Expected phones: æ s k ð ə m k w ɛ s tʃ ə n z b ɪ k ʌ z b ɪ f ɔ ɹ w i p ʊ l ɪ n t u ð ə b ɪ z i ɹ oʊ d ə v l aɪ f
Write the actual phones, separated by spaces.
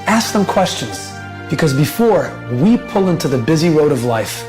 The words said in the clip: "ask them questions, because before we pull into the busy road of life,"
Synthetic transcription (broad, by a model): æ s k ð ə m k w ɛ s tʃ ə n z b ɪ k ʌ z b ɪ f ɔ ɹ w i p ʊ l ɪ n t u ð ə b ɪ z i ɹ oʊ d ə v l aɪ f